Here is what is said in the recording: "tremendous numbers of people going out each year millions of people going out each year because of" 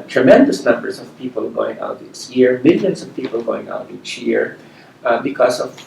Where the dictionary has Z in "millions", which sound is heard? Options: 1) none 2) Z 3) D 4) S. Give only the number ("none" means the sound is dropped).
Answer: 4